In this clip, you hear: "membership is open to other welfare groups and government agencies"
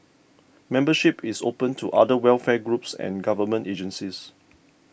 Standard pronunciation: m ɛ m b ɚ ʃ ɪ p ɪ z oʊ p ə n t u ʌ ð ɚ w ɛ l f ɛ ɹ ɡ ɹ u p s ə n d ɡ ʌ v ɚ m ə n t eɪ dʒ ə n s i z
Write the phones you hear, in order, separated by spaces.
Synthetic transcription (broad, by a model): m ɛ m b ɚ ʃ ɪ p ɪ s oʊ p ə n t u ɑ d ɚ w ɛ l f ɛ ɡ ɹ u p s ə n ɡ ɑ v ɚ m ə n t eɪ dʒ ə n s i s